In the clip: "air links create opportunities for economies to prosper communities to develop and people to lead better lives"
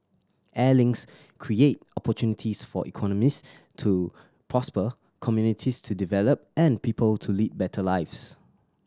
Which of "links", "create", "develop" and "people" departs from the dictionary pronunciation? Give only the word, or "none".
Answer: links